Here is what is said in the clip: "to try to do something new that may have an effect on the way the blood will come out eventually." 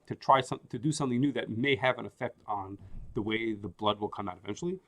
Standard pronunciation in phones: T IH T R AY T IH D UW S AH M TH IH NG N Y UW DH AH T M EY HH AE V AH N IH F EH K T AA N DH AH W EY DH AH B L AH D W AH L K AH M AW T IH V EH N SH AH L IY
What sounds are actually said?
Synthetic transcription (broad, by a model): T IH T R AY T IH D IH S AH M TH IH NG N Y UW DH AH T M EY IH V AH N IH F EH K T N DH AH W EY DH AH B L AH D W AH L K AH M AW T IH V EH N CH L IY